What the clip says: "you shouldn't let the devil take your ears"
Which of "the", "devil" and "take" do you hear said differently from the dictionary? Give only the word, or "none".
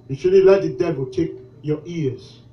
none